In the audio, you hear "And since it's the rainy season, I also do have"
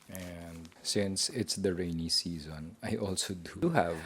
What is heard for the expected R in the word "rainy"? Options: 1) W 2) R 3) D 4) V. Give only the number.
2